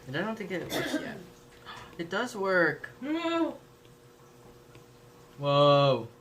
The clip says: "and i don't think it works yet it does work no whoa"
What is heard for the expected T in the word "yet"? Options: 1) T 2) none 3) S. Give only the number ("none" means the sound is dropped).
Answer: 2